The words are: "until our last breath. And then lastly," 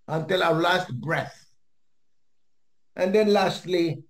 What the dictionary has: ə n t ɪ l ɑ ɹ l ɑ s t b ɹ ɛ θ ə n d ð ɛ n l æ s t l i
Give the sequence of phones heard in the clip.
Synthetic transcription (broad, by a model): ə n t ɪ l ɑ w l ɑ s t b ɹ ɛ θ ə n d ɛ n l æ s t l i